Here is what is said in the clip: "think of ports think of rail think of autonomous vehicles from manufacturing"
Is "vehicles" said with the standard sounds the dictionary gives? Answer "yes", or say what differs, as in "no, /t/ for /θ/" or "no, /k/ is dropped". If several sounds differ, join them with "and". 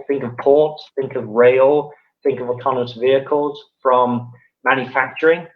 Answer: yes